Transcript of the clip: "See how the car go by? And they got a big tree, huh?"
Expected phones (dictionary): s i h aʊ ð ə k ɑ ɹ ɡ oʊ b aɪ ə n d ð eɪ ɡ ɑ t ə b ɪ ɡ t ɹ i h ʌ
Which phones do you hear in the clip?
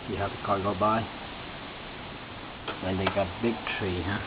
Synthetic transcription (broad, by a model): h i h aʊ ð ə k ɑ l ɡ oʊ b aɪ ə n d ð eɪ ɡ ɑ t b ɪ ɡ t ɹ i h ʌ